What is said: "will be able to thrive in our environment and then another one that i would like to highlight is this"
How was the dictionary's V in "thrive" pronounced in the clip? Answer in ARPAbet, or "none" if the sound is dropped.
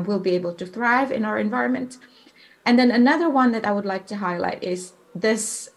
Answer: V